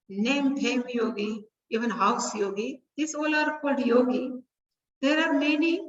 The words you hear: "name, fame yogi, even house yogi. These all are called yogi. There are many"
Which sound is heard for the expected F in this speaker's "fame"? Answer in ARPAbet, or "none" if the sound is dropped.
P